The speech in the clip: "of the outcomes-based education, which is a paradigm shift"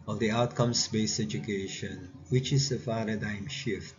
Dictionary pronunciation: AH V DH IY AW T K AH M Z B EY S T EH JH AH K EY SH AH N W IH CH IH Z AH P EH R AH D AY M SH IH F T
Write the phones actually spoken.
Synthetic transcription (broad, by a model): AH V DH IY AW T K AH M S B EY S EH JH AH K EY SH AH N W IH CH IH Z AH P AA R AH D AY M SH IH F T